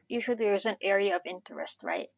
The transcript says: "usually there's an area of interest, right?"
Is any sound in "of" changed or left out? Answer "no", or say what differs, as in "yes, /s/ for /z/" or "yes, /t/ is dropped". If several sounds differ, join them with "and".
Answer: no